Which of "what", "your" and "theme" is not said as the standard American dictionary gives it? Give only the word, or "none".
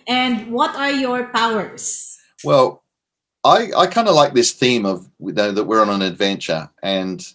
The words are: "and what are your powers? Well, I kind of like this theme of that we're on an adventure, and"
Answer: none